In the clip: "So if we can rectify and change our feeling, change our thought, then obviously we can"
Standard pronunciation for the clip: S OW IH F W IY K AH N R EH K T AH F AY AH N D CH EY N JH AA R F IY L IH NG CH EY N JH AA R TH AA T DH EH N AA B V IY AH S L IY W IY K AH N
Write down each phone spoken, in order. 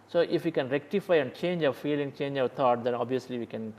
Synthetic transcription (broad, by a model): S OW IH F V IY K AH N R EH K T AH F AY AH N D CH EY N JH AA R F IY L IH NG CH EY N JH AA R T AA T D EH N AA B V IY AH S L IY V IY K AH N